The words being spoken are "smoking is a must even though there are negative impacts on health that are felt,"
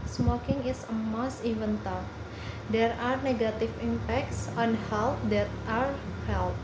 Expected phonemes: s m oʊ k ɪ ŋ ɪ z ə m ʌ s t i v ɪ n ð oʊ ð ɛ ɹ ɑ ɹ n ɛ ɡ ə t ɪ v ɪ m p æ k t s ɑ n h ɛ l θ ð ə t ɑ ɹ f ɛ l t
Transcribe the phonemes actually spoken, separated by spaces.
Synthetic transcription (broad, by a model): s m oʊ k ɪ ŋ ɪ s ə m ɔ s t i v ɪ n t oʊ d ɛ ɹ ɑ ɹ n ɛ ɡ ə t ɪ f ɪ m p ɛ k t s ɑ n h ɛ l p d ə t ɑ ɹ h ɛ l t